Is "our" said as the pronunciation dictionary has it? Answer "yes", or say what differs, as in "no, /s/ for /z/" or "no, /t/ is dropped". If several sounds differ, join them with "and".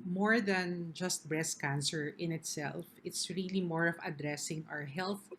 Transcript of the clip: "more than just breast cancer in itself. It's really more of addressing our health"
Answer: yes